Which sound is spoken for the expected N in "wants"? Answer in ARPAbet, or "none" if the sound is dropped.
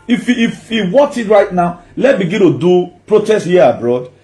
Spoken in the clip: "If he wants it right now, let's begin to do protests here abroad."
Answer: none